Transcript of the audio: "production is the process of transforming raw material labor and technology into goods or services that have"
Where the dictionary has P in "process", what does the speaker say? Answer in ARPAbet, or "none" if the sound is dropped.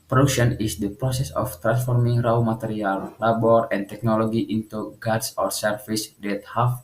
P